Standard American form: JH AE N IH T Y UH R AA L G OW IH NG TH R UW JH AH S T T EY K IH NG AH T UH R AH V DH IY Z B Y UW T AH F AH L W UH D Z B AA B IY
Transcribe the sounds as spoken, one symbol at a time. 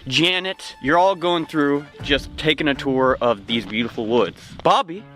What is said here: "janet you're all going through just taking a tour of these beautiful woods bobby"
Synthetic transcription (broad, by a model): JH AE N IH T Y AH R AA L G OW IH NG TH R UW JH AH S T T EY K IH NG AH T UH R AH V DH IY Z B Y UW T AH F L W UH D Z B AA B IY